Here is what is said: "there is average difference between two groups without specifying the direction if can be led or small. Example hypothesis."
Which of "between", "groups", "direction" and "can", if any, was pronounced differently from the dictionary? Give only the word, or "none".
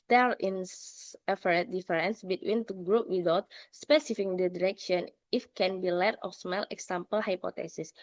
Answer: groups